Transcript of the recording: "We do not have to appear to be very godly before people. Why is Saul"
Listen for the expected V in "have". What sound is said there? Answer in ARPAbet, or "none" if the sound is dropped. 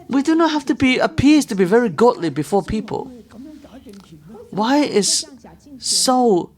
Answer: F